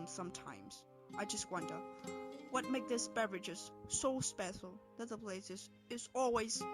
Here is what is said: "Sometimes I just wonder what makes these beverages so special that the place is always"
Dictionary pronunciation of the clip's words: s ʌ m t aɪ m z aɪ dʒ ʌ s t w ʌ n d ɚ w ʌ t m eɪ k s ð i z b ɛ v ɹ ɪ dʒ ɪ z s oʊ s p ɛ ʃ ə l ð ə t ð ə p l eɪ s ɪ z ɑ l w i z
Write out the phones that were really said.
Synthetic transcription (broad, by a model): s ʌ m t aɪ m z aɪ dʒ ʌ s t w ʌ n d ɚ w ʌ t m eɪ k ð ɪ s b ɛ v ɹ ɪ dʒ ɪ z s oʊ s p ɛ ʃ l ð ə t ð ə p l eɪ s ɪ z ɑ l w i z